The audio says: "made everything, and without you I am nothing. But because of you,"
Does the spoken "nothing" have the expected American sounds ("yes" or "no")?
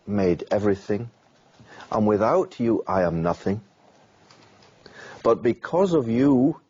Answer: yes